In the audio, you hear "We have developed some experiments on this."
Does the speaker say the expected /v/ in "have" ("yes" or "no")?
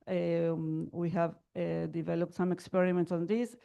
yes